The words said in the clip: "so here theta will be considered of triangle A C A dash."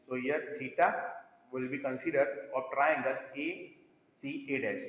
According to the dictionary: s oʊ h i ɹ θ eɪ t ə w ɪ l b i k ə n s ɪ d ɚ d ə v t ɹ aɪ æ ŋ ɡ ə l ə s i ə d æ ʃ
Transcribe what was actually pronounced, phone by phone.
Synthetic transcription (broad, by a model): s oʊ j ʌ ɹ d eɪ t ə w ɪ l b i k ə n s ɪ d ɚ d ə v t ɹ aɪ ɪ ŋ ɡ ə n ə s i ə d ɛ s